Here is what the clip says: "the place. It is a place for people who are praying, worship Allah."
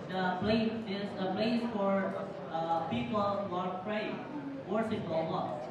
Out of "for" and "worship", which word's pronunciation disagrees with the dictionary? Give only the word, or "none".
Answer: worship